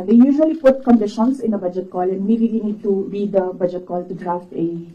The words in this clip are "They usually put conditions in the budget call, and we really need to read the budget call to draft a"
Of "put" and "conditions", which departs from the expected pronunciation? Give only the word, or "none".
conditions